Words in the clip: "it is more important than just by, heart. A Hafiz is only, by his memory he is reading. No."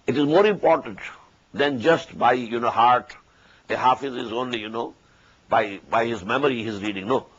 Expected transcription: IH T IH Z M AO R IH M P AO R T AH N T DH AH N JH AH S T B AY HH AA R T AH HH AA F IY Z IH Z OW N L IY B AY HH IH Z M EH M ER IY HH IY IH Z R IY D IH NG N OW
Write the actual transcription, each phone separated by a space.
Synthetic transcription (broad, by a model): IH T IH Z M AO R IH M P AO R T AH N T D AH N JH AH S T B AY HH AA R T AH HH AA F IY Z IH Z OW N L IY B AY HH IH Z M EH M ER IY HH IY IH Z R IY D IH NG N OW